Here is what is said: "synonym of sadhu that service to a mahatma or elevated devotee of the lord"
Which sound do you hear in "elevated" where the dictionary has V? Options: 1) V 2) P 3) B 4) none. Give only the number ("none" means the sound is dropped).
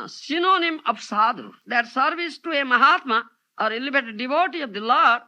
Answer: 3